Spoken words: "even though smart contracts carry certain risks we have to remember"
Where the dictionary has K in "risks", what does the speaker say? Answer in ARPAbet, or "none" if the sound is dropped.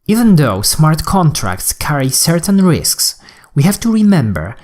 K